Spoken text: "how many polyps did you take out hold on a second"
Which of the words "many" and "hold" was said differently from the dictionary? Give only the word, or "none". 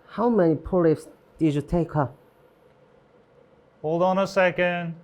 none